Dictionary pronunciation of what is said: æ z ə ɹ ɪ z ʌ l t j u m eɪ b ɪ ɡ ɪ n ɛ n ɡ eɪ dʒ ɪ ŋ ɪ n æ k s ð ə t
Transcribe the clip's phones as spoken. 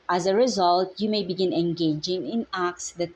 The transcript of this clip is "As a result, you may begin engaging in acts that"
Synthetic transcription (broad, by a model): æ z ə ɹ ɪ z ʌ l t j u m eɪ b ɪ ɡ ɪ n ɛ n ɡ eɪ dʒ ɪ ŋ ɪ n æ k s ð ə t